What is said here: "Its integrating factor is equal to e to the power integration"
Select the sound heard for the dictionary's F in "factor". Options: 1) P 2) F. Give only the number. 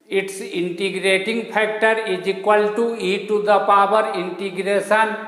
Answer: 1